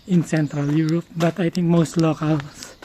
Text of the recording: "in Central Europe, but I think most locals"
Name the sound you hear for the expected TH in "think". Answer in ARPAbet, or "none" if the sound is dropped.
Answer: T